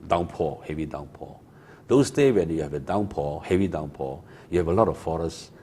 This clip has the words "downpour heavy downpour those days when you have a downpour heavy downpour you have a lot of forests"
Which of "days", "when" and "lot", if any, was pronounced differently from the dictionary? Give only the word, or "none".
days